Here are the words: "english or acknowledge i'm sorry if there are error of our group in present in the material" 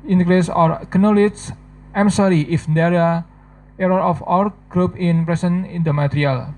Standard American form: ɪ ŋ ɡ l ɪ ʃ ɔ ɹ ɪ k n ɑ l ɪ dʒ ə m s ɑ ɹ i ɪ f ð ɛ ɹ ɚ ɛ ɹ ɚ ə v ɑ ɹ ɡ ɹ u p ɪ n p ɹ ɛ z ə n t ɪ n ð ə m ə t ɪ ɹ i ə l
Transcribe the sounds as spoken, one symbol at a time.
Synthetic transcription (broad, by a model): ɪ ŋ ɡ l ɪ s ɔ ɹ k n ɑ l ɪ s ə m s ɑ ɹ i ɪ f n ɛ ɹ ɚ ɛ ɹ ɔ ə f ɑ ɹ ɡ ɹ u p ɪ n p ɹ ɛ s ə n ɪ n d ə m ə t ɹ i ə l